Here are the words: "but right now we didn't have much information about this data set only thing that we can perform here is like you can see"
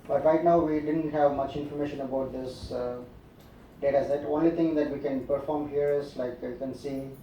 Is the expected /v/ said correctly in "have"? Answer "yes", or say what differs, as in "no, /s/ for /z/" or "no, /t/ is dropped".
yes